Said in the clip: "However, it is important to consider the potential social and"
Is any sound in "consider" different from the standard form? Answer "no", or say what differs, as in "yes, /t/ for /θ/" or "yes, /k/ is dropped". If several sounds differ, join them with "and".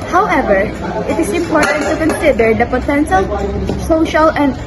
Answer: no